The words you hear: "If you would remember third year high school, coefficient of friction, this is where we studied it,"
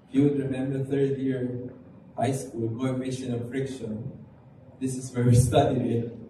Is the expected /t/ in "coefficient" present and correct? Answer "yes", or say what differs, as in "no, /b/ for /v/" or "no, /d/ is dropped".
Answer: no, /t/ is dropped